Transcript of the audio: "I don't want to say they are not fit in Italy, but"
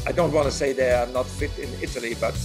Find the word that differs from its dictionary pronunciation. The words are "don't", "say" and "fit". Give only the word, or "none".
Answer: none